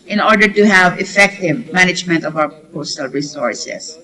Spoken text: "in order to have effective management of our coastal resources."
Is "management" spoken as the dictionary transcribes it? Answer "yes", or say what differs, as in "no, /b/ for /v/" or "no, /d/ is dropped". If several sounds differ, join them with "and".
yes